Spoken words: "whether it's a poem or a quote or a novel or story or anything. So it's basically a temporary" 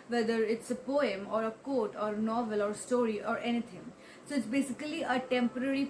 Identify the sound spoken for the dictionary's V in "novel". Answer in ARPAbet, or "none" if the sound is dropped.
V